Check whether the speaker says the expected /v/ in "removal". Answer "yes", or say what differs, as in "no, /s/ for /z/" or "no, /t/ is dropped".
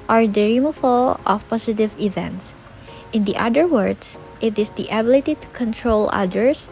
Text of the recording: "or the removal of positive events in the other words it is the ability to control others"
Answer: no, /f/ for /v/